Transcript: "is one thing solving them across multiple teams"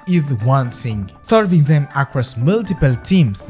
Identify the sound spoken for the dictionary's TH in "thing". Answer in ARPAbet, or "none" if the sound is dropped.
S